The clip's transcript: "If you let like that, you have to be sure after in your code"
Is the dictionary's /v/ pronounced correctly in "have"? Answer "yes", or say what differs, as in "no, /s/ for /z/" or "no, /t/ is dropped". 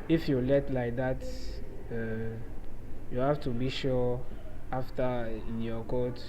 no, /f/ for /v/